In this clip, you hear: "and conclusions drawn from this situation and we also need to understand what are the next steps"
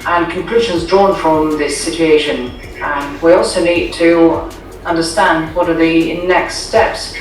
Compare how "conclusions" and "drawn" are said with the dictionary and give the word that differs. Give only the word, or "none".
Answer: none